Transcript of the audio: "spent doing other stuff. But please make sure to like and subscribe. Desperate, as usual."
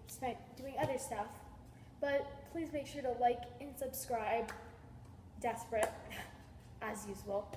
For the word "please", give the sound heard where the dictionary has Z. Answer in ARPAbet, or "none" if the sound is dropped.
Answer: Z